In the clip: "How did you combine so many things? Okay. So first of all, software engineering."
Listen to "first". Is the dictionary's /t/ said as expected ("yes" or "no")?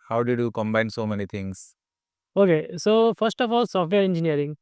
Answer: yes